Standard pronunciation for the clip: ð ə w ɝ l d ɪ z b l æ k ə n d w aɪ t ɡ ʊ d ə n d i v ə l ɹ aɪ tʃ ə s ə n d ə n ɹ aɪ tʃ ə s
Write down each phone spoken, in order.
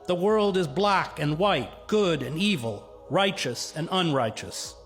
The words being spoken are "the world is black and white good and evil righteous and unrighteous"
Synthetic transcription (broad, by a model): ð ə w ɝ l d ɪ z b l æ k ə n w aɪ t ɡ ʊ d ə n i v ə l ɹ aɪ tʃ ə s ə n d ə n ɹ aɪ tʃ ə s